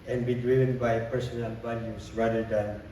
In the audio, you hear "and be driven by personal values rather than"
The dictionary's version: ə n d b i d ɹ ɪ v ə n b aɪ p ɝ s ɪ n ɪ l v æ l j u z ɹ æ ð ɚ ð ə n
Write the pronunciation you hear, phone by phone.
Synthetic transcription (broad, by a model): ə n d b i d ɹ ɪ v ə n b aɪ p ɝ s ɪ n ɪ l b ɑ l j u s ɹ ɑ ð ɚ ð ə n